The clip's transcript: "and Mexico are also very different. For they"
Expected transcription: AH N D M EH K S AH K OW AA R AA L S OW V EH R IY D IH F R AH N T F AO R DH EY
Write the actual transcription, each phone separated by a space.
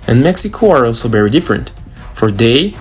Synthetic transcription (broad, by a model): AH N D M EH K S AH K OW AA R AA L S OW V EH R IY D IH F R AH N T F AO R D EY